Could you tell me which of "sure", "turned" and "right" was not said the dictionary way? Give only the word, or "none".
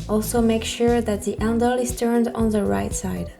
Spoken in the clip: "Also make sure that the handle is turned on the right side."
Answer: none